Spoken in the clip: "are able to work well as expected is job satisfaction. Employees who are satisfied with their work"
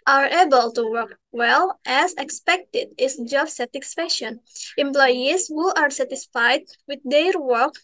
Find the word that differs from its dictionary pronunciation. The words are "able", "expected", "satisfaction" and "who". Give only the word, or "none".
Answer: satisfaction